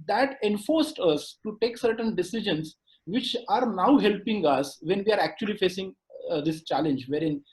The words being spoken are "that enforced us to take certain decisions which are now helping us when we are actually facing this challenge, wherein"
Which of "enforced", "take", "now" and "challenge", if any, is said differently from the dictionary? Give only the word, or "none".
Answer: none